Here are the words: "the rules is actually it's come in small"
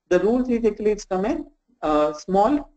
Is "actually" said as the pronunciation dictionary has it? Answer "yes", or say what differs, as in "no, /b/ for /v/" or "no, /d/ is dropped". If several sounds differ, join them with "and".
no, /tʃ/ is dropped